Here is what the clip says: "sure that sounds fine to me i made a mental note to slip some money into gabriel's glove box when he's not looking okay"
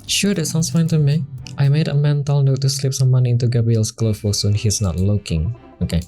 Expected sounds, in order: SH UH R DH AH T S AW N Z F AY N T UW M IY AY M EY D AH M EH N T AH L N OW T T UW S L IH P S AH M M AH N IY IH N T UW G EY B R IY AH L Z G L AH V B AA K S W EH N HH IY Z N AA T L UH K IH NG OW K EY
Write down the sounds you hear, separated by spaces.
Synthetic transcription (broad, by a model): SH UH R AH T S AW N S F AY N T UW M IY AY M EY D AH M EH N T AH L N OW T T UW S L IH P S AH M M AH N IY IH N T UW G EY B R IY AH L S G L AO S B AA S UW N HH IY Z N AA T L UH K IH NG OW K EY